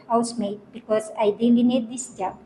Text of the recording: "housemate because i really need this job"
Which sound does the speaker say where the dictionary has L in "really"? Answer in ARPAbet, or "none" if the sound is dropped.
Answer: N